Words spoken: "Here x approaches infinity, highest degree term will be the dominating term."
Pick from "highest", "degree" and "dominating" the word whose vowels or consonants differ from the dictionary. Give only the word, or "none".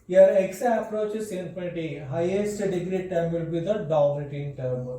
dominating